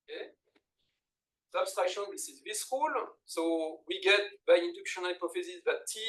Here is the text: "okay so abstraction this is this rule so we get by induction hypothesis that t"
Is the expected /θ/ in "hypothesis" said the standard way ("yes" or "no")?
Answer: no